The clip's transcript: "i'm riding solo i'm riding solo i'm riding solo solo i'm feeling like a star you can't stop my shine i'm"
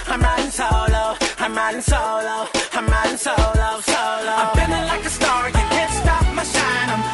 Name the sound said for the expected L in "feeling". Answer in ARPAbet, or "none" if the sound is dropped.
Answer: N